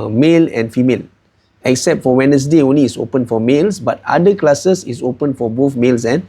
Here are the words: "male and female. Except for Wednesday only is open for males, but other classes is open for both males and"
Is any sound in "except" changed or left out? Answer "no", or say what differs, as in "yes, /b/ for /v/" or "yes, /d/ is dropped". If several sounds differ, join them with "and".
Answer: no